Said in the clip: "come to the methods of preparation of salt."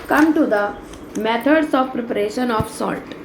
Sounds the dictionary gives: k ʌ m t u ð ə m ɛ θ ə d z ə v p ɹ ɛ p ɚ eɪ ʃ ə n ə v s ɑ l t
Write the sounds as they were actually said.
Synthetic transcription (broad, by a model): k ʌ m t u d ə m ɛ t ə d s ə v p ɹ ɛ p ɚ eɪ ʃ ə n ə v s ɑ l t